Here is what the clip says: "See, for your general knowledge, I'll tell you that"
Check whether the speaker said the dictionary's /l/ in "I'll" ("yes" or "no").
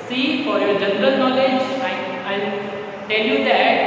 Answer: no